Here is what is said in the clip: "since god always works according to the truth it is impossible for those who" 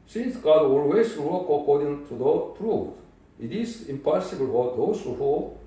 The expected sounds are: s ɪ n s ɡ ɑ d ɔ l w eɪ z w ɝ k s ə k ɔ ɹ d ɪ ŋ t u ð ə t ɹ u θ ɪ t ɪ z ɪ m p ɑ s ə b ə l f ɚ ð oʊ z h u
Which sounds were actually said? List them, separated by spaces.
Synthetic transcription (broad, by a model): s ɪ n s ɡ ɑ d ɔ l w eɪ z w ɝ k ə k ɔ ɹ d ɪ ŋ t u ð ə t ɹ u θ ɪ t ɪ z ɪ m p ɑ s ə b ə l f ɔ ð oʊ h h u